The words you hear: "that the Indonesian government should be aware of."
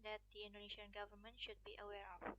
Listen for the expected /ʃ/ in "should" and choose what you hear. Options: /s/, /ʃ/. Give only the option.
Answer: /ʃ/